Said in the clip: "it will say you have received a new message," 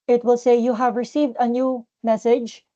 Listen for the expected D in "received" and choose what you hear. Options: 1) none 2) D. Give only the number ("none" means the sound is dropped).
2